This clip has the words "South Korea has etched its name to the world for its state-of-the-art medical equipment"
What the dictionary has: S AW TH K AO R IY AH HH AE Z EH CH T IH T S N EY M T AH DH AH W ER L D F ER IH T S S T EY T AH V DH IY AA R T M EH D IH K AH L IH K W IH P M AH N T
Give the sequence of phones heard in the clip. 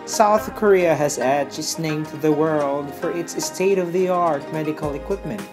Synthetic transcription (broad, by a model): S AW TH K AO R IY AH HH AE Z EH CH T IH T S N EY M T DH AH W ER L D F ER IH T S S T EY T AH V DH IY AA R T M EH D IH K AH L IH K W IH P M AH N T